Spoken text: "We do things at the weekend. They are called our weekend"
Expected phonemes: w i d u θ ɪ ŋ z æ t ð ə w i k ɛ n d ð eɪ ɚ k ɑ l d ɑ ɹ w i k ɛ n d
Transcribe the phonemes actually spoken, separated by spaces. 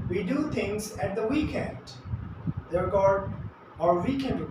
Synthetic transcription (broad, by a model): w i d u t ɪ ŋ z æ t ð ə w i k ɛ n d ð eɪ ɚ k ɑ d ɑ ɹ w i k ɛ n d